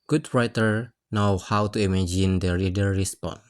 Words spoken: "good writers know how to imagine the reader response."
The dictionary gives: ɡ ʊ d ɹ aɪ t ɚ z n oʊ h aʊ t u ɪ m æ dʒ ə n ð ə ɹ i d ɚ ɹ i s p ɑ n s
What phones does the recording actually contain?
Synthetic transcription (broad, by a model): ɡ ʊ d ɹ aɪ t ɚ n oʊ h aʊ t u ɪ m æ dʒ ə n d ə ɹ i d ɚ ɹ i s p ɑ n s